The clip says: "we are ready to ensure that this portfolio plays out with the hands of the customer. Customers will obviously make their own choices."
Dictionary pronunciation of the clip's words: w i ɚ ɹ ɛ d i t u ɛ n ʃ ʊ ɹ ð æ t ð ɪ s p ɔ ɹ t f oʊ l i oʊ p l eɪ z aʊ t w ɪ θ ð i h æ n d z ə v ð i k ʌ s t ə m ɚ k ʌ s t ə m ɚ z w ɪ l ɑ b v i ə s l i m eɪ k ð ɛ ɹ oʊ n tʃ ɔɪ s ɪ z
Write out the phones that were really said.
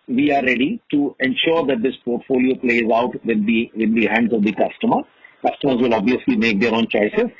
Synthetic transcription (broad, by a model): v i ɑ ɹ ɛ d i t u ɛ n ʃ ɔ ɹ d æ t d ɪ s p ɔ ɹ t f oʊ l i oʊ p l eɪ z aʊ t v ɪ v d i h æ n d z ə v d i k ʌ s t ə m ɚ k ʌ s t ə m ɚ z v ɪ l ɑ b v i ə s l i m eɪ k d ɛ ɹ oʊ n tʃ ɔɪ s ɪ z